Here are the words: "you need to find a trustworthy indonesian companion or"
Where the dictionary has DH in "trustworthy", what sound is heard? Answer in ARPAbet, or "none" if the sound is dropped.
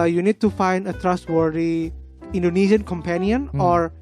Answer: none